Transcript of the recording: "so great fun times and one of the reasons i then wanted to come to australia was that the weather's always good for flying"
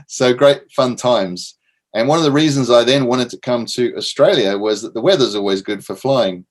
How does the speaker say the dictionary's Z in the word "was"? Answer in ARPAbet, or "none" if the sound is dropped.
Z